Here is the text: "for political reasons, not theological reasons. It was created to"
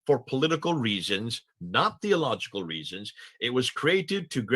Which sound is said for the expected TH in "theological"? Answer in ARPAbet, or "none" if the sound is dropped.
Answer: TH